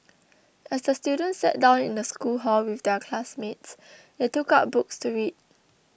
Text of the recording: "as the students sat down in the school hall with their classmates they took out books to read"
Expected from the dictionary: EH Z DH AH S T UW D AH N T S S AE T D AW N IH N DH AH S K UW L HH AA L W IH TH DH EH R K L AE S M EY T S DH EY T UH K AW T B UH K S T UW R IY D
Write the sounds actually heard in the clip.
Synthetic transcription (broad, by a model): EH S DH AH S T UW D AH N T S S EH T D AW N IH N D AH S K UW L HH AA L W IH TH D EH K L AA S M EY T S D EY T UH K AW T B UH K S T UW R IY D